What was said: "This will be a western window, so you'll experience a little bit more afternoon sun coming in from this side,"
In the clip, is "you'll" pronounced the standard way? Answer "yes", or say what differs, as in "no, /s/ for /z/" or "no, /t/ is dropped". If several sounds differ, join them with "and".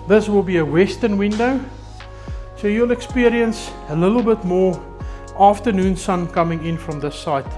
yes